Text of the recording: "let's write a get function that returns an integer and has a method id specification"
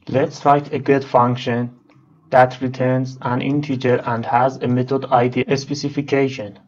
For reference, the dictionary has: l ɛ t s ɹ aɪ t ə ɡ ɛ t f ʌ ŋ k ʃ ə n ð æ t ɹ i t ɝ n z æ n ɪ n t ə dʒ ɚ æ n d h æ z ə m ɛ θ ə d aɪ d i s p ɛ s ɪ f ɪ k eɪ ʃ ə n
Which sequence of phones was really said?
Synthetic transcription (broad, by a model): l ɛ t s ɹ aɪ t ə ɡ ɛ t f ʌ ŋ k ʃ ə n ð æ t ɹ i t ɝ n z æ n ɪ n t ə tʃ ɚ æ n d h æ z ə m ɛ t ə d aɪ d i s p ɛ s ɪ f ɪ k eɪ ʃ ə n